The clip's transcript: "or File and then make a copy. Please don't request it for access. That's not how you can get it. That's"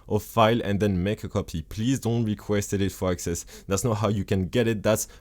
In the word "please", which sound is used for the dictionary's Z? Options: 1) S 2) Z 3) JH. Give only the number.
2